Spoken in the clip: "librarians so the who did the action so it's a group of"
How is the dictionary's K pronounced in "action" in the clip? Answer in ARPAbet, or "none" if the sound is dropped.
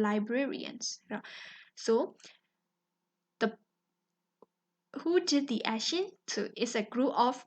none